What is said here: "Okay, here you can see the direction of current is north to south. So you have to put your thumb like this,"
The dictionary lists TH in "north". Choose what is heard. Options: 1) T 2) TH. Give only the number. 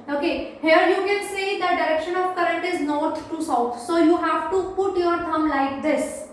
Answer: 1